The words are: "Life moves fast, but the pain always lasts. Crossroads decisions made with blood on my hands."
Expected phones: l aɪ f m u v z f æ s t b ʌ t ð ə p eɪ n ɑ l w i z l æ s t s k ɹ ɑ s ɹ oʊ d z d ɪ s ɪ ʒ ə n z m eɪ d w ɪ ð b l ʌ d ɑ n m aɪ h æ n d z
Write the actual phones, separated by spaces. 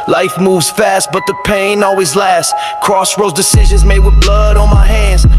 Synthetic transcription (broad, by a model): l aɪ f m u v z f æ s t b ʌ t ð ə p eɪ n ɑ l w i z l æ s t k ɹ ɑ s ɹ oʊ z d ɪ s ɪ ʒ ə n z m eɪ d w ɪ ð b l ʌ d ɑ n m aɪ h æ n d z